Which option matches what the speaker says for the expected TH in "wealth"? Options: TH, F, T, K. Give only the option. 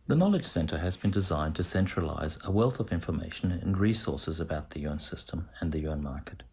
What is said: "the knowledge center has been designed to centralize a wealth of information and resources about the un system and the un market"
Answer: TH